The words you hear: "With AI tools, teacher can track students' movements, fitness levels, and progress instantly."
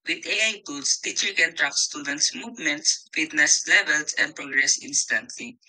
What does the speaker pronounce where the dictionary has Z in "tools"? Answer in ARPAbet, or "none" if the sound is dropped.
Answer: S